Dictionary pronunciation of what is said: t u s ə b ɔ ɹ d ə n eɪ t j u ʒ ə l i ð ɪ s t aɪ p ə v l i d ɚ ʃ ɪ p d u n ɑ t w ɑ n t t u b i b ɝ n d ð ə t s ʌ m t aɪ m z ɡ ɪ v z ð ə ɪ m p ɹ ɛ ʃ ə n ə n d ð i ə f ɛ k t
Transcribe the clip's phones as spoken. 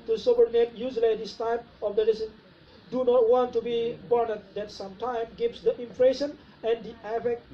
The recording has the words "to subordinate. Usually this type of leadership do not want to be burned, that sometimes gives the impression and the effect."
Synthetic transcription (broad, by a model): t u s ə b ɔ ɹ d ə n eɪ t j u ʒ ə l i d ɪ s t aɪ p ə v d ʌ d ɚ s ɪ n d u n ɑ t w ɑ n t t u b i b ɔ n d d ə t s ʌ m t aɪ m ɡ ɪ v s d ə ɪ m f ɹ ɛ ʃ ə n ə n d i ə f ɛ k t